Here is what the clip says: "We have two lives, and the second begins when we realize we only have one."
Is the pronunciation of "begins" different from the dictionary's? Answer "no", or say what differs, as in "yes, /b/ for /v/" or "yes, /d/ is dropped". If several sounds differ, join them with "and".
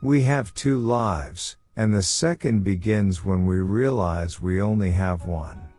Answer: no